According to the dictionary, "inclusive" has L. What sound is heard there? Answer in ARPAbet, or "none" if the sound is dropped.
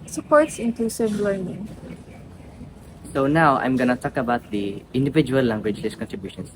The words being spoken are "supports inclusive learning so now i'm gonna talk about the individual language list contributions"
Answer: none